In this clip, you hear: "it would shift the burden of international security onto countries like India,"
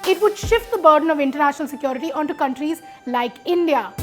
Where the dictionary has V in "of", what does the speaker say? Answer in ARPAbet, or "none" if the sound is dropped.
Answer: V